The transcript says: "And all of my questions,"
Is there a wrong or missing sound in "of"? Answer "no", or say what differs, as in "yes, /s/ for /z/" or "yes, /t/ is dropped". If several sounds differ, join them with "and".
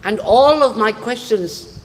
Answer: no